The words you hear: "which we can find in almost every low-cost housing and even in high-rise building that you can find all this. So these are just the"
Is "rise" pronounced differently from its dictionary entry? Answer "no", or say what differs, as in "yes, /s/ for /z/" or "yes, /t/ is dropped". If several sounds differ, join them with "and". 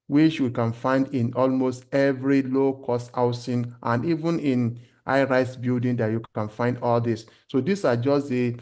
yes, /s/ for /z/